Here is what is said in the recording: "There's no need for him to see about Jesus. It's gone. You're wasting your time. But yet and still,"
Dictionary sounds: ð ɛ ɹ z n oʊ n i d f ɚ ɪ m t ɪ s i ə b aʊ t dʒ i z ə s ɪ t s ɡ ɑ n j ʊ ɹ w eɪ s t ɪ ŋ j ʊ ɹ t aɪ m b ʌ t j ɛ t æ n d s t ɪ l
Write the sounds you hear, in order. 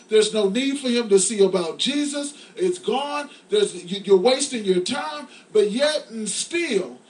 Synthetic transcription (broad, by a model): ð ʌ ɹ z n oʊ n i d f ɚ ɪ m t ɪ s i ə b aʊ t dʒ i z ə s ɪ t s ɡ ɑ n j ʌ ɹ w eɪ s t ɪ ŋ j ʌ ɹ t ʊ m b ʌ t j ɛ t n s t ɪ l